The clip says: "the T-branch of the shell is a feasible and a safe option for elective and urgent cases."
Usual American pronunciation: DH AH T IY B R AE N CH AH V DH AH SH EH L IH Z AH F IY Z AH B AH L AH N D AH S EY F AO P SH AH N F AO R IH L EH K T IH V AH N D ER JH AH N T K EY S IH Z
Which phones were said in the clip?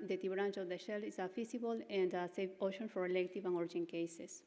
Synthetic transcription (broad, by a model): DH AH T IY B R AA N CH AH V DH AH SH EH L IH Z AH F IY S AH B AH L AH N D AH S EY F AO SH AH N F AO R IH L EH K T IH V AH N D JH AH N K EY S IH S